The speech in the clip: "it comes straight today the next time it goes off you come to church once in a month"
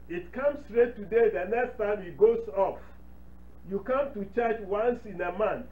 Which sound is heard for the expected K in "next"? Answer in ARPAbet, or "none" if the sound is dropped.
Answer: K